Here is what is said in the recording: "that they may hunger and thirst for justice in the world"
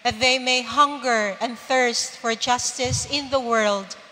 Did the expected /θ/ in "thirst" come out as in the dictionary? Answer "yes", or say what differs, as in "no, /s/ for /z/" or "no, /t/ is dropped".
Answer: yes